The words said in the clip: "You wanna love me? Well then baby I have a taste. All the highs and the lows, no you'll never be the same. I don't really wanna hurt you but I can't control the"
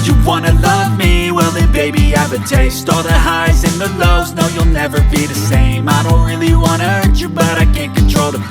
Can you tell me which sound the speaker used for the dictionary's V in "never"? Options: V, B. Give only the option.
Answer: V